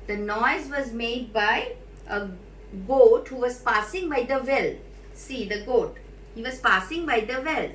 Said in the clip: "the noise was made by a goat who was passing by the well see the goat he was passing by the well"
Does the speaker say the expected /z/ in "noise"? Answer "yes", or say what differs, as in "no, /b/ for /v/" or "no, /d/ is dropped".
yes